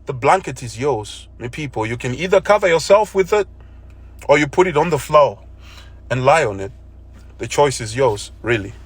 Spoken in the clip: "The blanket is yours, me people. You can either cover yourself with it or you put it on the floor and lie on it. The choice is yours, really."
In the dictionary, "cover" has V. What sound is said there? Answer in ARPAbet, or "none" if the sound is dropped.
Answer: V